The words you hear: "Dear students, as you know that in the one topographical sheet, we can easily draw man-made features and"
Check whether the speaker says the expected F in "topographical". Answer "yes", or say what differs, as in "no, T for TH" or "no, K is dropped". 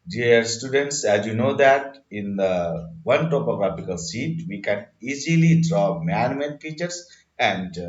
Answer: no, P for F